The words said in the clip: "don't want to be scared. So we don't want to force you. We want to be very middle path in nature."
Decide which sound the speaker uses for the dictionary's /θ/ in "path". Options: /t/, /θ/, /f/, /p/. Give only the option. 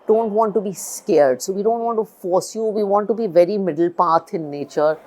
/t/